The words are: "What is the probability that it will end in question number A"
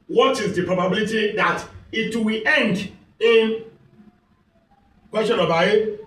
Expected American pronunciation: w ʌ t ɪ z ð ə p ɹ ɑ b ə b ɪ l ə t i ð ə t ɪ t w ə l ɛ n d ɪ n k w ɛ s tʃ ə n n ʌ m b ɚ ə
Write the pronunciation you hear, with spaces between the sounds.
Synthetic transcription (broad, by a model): w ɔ t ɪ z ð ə p ɹ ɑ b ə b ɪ l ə t i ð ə t ɪ t w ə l ɛ n d ɪ n k w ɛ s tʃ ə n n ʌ b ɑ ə